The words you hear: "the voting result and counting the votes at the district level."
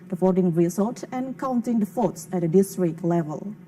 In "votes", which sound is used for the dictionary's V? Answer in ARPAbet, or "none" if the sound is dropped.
F